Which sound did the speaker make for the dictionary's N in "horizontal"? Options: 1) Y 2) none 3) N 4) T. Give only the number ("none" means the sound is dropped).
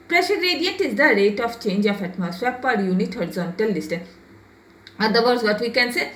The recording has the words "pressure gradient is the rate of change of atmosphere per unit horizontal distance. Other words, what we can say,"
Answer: 3